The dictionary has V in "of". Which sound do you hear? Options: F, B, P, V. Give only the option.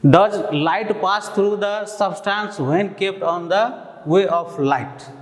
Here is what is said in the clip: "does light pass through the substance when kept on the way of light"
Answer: P